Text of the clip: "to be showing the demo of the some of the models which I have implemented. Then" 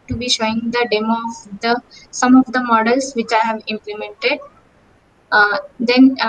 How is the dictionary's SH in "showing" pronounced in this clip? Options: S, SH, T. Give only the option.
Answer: SH